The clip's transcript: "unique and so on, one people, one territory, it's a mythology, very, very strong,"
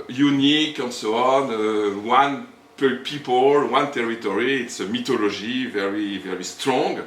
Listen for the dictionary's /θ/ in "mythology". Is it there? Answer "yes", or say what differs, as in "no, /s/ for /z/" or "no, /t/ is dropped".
no, /t/ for /θ/